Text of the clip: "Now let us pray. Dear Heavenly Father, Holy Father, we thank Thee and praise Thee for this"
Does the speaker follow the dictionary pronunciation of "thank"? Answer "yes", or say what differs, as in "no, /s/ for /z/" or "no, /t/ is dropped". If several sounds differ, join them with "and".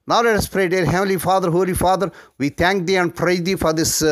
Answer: no, /t/ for /θ/